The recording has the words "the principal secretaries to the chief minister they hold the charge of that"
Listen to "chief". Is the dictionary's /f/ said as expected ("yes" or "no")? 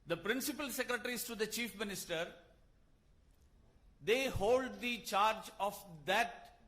yes